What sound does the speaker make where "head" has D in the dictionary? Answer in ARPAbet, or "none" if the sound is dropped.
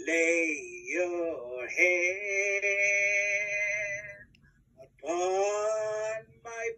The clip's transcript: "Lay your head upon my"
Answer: none